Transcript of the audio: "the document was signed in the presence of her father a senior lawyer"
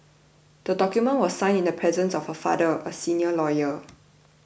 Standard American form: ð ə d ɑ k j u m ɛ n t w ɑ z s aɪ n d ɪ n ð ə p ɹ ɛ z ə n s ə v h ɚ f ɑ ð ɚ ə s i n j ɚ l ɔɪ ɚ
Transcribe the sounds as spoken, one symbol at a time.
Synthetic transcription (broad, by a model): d ə d ɑ k j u m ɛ n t w ɑ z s aɪ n ɪ n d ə p ɹ ɛ z ə n s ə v h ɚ f ɑ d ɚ ə s i n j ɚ l ɔɪ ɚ